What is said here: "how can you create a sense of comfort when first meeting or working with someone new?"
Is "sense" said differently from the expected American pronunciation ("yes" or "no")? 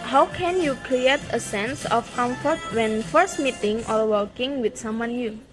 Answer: no